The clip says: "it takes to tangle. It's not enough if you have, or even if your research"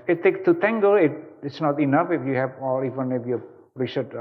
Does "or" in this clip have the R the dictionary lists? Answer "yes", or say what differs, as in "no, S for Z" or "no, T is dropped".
no, L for R